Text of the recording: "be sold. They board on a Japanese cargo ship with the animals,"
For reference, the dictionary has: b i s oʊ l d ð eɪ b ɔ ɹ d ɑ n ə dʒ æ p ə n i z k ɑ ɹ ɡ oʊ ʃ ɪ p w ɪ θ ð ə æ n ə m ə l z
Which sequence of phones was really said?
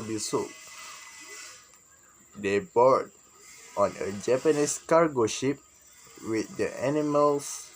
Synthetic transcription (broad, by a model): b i s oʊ d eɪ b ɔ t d ɑ n ə dʒ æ p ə n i s k ɑ ɹ ɡ oʊ ʃ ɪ p w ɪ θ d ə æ n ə m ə l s